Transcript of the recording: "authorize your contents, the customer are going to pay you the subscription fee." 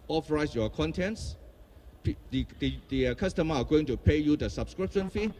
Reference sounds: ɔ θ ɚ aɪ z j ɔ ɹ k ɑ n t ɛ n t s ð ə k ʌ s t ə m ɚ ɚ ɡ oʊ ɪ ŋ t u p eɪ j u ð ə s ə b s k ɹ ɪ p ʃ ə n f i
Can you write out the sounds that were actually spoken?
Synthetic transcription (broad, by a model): ɔ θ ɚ aɪ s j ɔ k ɑ n t ɛ n t s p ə k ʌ s t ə m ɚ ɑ ɡ oʊ ɪ ŋ t u p eɪ j u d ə s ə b s k ɹ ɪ p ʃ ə n f i